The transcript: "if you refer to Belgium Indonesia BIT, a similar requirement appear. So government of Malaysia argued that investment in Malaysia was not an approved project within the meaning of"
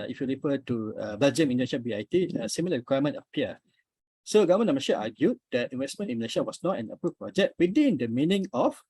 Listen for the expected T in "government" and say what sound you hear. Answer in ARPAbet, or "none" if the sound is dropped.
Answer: none